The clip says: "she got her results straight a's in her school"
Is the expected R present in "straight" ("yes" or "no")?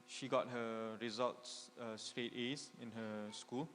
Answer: yes